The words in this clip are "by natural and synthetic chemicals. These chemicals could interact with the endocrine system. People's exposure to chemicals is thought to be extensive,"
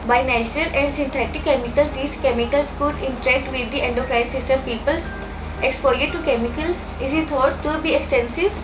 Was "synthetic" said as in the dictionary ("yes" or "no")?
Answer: no